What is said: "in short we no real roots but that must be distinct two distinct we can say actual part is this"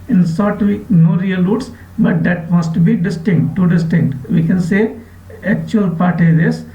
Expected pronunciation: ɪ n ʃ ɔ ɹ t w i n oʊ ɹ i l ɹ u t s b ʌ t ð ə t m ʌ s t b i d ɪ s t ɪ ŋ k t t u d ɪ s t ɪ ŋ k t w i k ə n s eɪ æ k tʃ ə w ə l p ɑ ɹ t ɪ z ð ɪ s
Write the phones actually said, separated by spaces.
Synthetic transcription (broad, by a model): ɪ n s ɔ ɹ t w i n oʊ ɹ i l ɹ u t s b ʌ t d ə t m ʌ s t b i d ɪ s t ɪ ŋ k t t u d ɪ s t ɪ ŋ k t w i k ə n s eɪ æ k tʃ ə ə l p ɑ ɹ t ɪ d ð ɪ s